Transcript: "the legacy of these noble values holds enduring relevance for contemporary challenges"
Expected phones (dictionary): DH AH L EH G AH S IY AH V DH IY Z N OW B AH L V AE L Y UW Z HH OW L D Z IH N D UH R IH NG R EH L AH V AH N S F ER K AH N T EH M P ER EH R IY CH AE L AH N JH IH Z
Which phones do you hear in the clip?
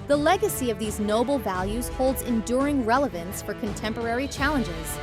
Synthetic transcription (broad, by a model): DH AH L EH G AH S IY AH V DH IY Z N OW B L V AE L Y UW Z HH OW L D Z IH N D UH R IH NG R EH L AH V AH N S F ER K AH N T EH M P ER EH R IY CH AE L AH N JH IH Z